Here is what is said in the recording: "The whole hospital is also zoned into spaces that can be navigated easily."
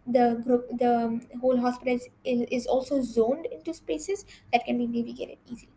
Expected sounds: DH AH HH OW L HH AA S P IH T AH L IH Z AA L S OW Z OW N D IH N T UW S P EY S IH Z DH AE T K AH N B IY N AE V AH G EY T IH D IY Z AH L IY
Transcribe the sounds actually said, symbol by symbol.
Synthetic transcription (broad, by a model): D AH HH OW L HH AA S P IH T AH L IH Z AA L S OW Z OW N D IH N T UW S P EY S IH Z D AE T K AH N B IY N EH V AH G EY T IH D IY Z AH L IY